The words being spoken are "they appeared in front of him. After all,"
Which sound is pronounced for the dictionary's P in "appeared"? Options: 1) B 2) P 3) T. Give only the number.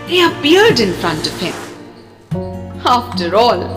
1